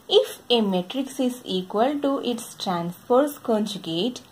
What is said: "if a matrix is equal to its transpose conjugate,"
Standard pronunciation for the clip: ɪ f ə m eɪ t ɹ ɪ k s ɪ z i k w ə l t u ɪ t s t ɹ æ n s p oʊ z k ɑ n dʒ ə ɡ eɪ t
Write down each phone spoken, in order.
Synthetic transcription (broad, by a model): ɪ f ə m eɪ t ɹ ɪ k s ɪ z i k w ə l t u ɪ t s t ɹ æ n s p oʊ s k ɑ n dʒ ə ɡ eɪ t